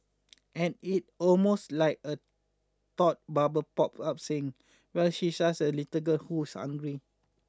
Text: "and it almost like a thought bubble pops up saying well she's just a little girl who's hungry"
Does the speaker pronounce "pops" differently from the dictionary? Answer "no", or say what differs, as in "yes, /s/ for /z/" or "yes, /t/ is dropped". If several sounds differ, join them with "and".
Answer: yes, /s/ is dropped